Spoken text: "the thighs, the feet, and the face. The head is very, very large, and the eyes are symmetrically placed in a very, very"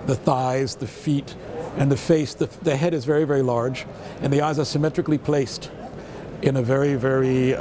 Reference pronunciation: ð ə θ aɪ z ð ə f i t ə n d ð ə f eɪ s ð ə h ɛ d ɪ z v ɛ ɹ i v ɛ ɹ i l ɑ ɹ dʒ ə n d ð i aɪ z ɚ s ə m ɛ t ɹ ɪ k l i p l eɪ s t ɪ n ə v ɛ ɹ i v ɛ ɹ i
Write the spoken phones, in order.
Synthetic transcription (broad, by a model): ð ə θ aɪ z ð ə f i t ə n ð ə f eɪ s ð ə h ɛ d ɪ z v ɛ ɹ i v ɛ ɹ i l ɑ ɹ dʒ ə n ð i aɪ z ɚ s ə m ɛ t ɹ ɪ k l i p l eɪ s t ɪ n ə v ɛ ɹ i v ɛ ɹ i